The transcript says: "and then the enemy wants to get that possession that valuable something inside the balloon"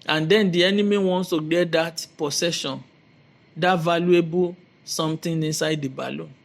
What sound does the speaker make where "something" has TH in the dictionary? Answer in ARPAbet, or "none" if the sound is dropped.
T